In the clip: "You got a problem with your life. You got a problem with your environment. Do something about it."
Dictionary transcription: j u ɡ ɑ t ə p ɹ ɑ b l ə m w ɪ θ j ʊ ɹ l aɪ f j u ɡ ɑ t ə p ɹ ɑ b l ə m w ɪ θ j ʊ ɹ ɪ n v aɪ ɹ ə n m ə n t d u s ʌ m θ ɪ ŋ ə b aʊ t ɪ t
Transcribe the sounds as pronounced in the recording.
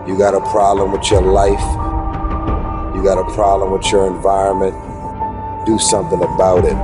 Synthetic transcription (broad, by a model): j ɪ ɡ ɑ t ə p ɹ ɑ b l ə m w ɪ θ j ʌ ɹ l aɪ f j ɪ ɡ ɑ t ə p ɹ ɑ b l ə m w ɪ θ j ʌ ɹ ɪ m v aɪ ɹ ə n m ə n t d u s ʌ m θ ɪ ŋ ə b aʊ t ɪ t